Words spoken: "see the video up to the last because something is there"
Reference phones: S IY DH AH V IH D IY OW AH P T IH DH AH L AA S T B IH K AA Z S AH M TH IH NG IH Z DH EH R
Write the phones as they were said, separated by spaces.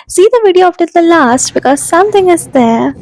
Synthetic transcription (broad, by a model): S IY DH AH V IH D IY OW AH F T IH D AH L AA S T B IH K AA Z S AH M T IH NG IH Z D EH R